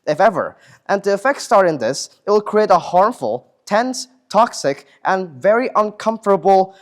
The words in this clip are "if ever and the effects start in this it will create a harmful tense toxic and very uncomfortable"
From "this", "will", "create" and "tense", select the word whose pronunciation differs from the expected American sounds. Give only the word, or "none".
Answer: none